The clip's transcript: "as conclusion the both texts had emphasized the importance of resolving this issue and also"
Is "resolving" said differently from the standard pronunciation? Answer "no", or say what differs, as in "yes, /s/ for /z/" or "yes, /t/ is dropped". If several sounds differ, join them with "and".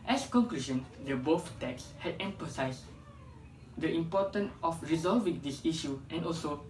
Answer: no